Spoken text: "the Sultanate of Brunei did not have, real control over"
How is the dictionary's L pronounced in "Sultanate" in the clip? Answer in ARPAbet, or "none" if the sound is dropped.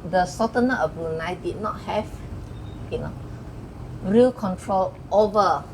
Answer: none